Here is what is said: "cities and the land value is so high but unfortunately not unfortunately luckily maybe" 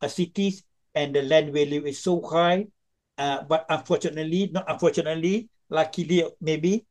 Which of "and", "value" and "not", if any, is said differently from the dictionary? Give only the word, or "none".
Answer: value